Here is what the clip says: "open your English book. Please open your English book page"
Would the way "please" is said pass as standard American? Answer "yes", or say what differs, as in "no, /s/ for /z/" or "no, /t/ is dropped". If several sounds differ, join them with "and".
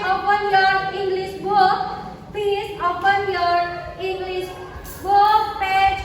no, /l/ is dropped